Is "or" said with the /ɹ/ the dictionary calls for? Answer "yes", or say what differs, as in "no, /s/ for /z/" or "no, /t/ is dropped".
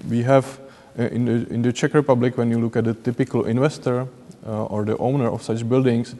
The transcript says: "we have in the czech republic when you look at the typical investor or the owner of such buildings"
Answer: yes